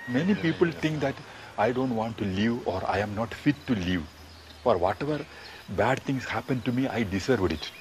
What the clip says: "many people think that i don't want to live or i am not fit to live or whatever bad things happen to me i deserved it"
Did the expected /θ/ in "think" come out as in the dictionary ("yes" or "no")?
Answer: no